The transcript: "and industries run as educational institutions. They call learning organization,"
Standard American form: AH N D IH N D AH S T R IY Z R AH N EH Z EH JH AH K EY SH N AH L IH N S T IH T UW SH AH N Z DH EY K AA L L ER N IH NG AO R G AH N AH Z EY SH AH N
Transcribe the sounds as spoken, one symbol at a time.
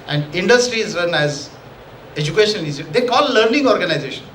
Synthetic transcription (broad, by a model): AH N D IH N D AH S T R IY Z R AH N EH Z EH JH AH K EY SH AH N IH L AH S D EY K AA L L ER N IH NG AO R G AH N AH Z EY SH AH N